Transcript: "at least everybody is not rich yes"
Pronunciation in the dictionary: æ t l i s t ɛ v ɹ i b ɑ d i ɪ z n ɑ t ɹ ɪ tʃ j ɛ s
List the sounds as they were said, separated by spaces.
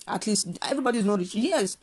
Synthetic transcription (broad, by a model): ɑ t l i s t ɛ v ɹ i b ɑ d i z n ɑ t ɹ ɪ s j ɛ s